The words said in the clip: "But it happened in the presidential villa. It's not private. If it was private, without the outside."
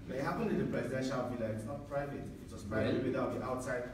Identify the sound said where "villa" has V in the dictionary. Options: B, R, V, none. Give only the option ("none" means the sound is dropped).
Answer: B